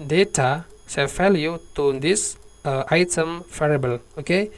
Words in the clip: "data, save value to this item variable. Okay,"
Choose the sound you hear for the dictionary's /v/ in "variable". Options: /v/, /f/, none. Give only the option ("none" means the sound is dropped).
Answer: /f/